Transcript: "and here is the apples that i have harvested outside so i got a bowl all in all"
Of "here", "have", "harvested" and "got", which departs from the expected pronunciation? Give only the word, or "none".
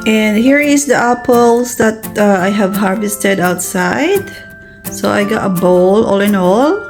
none